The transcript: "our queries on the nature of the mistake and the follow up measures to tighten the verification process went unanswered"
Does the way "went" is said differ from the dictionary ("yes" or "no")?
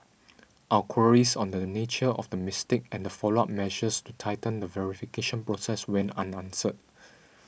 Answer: yes